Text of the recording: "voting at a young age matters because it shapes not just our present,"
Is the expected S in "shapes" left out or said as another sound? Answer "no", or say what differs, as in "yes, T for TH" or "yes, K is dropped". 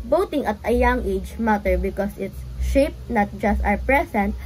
yes, S is dropped